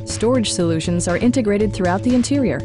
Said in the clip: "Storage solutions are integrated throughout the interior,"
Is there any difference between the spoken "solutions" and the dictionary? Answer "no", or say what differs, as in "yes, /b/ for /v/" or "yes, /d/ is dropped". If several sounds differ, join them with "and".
no